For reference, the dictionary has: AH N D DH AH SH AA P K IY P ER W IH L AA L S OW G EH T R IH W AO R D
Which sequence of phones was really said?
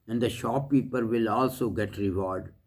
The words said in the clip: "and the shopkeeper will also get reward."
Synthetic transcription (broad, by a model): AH N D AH SH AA P IY P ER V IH L AA L S OW G EH T R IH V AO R D